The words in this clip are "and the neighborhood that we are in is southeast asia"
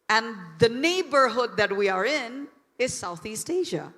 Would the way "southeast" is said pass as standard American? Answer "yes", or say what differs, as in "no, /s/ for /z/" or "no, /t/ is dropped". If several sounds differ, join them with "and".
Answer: yes